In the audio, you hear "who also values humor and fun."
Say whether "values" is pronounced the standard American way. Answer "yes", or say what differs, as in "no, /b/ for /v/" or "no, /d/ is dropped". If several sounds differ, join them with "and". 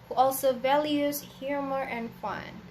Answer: yes